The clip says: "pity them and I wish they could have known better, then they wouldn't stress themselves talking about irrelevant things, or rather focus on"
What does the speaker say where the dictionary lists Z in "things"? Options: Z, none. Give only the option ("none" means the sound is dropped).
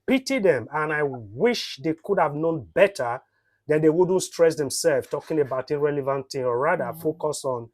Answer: none